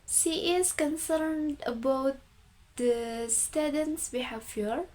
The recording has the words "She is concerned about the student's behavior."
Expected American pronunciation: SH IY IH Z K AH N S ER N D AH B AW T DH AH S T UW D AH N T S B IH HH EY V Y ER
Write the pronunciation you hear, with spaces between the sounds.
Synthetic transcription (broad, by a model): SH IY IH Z K AH N S ER N D AH B AW T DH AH S T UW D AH N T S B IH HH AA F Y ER